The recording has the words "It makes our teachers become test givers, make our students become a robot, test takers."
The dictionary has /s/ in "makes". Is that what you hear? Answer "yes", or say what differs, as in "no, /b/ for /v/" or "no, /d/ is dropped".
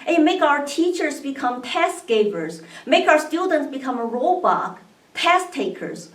no, /s/ is dropped